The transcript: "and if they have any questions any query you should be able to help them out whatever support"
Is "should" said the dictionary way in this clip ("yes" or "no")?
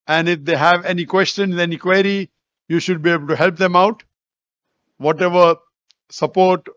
yes